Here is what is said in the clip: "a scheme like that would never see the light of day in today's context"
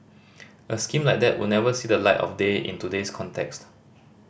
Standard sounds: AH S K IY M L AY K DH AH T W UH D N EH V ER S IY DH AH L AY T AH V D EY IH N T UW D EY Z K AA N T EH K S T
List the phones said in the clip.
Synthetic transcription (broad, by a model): AH S K IY M L AY K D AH T W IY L N EH V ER S IY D AH L AY T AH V D EY IH N T UW D EY S K AA N T EH K S T